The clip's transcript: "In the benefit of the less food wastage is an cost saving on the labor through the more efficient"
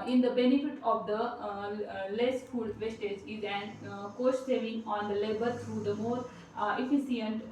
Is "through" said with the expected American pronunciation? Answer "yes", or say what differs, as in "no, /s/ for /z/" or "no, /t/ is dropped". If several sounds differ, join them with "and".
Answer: no, /t/ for /θ/